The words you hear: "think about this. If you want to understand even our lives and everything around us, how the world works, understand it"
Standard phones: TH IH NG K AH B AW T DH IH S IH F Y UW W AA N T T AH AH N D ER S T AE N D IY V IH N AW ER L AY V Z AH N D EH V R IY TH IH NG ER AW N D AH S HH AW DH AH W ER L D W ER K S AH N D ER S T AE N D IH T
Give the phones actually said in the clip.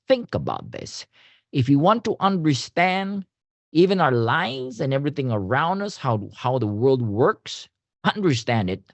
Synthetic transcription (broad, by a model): TH IH NG K AH B AW T DH IH S IH F Y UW W AA N T T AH AH N D ER S T AE N D IY V IH N AW ER L AY V Z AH N EH V R IY TH IH NG ER AW N D AH S HH AW DH AH W ER L D W ER K S AH N D ER S T AE N D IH T